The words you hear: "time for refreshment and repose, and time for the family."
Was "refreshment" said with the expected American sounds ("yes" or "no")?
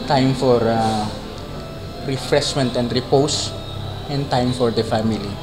no